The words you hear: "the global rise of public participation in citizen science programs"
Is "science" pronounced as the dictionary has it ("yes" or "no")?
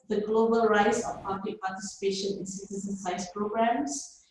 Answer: no